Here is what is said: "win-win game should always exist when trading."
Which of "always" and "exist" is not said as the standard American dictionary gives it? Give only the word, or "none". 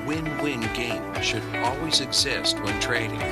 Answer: none